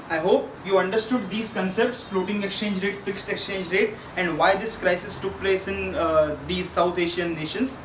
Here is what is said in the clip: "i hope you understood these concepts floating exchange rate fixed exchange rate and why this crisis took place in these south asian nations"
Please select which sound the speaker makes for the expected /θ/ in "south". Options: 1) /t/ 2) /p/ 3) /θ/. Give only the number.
1